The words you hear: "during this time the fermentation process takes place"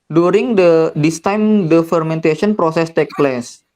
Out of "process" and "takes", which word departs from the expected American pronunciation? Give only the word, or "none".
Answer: takes